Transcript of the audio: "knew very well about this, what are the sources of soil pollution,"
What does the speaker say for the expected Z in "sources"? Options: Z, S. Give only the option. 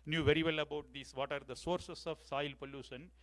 S